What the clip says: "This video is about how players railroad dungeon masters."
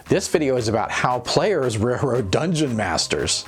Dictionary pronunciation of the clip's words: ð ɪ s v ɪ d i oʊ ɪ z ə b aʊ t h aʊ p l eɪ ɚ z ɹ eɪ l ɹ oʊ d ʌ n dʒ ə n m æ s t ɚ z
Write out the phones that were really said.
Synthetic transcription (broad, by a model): ð ɪ s v ɪ d i oʊ ɪ z ə b aʊ t h aʊ p l eɪ ɚ z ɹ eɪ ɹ oʊ d ʌ n dʒ ə n m æ s t ɚ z